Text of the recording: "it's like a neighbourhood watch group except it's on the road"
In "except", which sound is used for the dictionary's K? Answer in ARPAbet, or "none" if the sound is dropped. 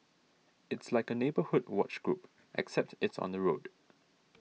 K